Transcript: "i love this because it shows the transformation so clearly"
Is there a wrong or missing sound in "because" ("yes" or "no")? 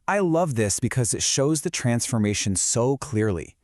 no